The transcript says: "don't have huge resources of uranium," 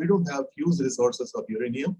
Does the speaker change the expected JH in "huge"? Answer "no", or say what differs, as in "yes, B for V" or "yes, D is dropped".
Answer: yes, Z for JH